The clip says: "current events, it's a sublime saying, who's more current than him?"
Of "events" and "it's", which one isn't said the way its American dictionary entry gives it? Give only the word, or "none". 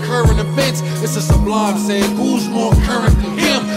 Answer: events